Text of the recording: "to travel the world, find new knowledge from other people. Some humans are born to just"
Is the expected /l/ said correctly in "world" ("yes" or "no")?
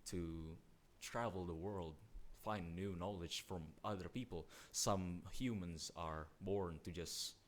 yes